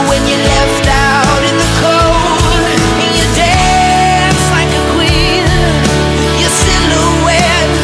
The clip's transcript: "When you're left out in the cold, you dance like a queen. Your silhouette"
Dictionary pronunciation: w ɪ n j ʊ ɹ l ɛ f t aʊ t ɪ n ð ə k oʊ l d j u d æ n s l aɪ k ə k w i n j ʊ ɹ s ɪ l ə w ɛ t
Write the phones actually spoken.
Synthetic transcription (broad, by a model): w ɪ n j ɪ l ɛ f t aʊ t ɪ n ð ə k oʊ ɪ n j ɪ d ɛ s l aɪ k ə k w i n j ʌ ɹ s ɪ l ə w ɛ